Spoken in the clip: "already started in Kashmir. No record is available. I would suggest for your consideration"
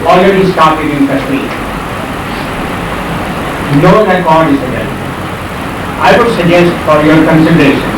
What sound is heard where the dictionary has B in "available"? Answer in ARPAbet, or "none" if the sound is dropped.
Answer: none